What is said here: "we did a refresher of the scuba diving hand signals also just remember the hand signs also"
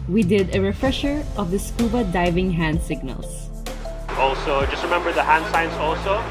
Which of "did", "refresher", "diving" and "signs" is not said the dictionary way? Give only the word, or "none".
signs